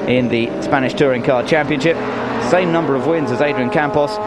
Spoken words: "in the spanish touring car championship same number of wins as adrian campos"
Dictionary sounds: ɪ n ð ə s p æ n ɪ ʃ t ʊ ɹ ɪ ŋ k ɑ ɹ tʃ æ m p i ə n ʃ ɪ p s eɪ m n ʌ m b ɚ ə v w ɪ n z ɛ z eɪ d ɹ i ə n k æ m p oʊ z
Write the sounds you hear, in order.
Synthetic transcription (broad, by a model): ɪ n ð ə s p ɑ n ɪ ʃ t ʊ ɹ ɪ ŋ k ɑ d tʃ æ m p i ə n ʃ ɪ p s eɪ m n ʌ m b ɚ ə v w ɪ n z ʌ z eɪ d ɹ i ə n k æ m p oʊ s